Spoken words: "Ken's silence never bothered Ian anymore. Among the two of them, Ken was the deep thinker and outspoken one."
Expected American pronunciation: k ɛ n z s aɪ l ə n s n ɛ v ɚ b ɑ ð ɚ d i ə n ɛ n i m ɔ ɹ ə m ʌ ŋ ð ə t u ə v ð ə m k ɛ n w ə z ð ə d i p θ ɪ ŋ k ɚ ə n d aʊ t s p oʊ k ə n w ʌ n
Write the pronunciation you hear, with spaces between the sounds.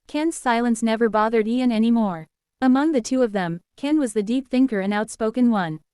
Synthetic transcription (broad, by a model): k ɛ n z s aɪ l ə n s n ɛ v ɚ b ɑ ð ɚ d i ə n ɛ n i m ɔ ɹ ə m ʌ ŋ ð ə t u ə v ð ə m k ɛ n w ə z ð ə d i p θ ɪ ŋ k ɚ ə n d aʊ t s p oʊ k ə n w ʌ n